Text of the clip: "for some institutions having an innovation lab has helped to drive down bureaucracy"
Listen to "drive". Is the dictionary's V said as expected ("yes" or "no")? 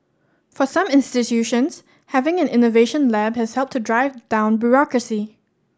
yes